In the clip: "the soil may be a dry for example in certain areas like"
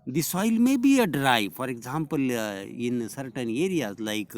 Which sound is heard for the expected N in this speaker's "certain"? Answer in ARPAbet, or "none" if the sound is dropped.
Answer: N